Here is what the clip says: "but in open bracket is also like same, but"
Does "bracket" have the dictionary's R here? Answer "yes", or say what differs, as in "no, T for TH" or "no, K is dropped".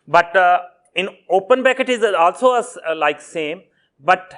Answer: no, R is dropped